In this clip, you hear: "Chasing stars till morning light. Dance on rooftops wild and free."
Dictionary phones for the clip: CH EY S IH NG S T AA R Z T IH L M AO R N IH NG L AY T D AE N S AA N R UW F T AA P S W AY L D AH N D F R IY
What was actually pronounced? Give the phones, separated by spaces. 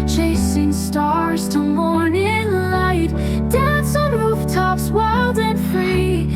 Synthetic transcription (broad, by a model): CH EY S IH NG S T AA R Z T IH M AO R N IH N L AY T D AE N S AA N R UW F T AA P S W AY L D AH N F R IY